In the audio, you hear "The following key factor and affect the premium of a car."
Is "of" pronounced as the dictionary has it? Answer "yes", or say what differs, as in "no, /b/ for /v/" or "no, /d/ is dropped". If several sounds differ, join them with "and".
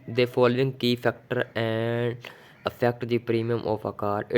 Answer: no, /p/ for /v/